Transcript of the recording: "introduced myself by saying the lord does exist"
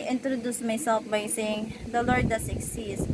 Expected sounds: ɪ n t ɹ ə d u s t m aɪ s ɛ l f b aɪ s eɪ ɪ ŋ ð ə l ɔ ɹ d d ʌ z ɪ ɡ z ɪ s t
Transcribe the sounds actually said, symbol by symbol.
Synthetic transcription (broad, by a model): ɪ n t ɹ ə d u s m aɪ s ɛ l f b aɪ s eɪ ɪ ŋ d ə l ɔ ɹ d d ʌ s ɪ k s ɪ s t